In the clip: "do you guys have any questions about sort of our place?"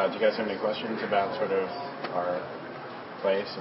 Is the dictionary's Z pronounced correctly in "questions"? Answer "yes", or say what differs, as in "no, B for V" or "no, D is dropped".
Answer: yes